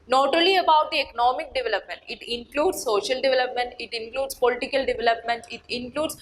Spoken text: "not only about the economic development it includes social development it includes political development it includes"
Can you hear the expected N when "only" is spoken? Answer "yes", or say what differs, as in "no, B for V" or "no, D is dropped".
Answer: no, N is dropped